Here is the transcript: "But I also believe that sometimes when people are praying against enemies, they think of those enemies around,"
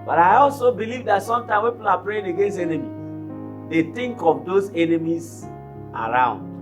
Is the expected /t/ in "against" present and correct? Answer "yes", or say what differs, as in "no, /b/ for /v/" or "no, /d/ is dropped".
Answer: no, /t/ is dropped